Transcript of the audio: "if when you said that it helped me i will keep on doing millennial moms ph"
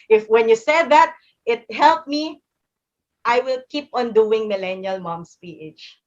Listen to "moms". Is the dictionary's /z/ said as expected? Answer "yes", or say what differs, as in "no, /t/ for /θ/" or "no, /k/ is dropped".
no, /s/ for /z/